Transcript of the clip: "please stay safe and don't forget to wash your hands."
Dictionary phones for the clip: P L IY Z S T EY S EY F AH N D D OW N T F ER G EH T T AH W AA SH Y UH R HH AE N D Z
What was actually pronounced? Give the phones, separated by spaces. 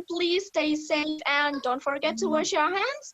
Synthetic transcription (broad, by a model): P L IY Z S T EY S EY F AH N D D OW N T F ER G EH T T AH W AA SH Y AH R HH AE N D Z